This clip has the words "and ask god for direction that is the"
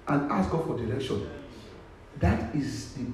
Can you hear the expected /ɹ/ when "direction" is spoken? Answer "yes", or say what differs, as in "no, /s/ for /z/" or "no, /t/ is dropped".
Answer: no, /l/ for /ɹ/